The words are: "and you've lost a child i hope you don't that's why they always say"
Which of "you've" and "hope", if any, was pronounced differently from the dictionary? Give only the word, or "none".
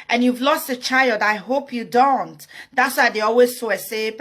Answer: none